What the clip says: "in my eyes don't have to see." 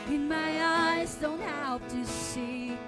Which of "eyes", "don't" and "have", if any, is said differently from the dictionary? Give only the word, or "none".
have